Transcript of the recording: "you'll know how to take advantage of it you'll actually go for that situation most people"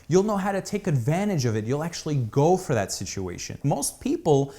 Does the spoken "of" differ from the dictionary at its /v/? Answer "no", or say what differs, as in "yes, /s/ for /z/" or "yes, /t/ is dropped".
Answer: no